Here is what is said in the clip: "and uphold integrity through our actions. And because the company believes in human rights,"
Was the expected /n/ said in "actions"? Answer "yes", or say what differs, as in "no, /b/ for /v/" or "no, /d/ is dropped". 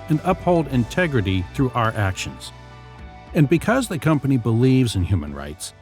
yes